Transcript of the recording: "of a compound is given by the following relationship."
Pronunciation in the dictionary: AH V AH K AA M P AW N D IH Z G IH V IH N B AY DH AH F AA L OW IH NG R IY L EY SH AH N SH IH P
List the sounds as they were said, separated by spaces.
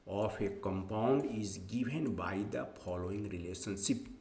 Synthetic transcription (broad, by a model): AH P AH K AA M P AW N D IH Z G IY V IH N B AY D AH P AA L OW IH NG R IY L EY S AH N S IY P